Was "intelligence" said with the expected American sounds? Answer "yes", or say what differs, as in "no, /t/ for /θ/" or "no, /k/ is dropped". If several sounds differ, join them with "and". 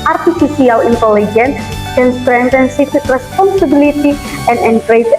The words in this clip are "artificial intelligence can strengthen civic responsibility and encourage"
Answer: no, /s/ is dropped